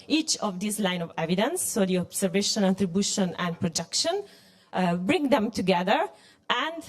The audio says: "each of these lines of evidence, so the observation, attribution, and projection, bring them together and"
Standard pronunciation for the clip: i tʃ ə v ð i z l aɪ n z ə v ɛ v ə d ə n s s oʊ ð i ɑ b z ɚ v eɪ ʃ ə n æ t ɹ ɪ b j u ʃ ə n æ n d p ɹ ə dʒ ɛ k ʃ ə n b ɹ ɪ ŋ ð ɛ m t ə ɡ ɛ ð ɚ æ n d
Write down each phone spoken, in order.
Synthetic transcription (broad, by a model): i tʃ ə v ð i s l aɪ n ə v ɛ v ə d ə n s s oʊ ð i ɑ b s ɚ v eɪ ʃ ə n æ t ɹ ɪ b j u ʃ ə n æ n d p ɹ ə dʒ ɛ k ʃ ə n b ɹ ɪ ŋ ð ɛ m t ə ɡ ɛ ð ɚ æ n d